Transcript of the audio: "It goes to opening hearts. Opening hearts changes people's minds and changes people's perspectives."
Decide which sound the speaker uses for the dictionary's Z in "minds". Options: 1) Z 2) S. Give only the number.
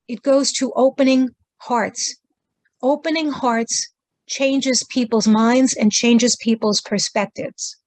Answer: 1